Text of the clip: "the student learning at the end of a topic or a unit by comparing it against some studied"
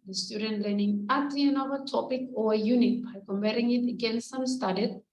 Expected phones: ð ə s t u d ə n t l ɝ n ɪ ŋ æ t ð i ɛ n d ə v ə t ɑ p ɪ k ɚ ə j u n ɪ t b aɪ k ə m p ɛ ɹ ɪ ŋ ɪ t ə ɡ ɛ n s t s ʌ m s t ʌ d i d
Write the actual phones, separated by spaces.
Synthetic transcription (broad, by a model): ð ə s t u d ə n t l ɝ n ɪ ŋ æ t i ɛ n ə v ə t ɑ p ɪ k ə j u n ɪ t b aɪ k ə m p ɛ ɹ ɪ ŋ ɪ t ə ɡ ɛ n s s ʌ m s t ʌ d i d